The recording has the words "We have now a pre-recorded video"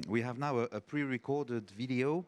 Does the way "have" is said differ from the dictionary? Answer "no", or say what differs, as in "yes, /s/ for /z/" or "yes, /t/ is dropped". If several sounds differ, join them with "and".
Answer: no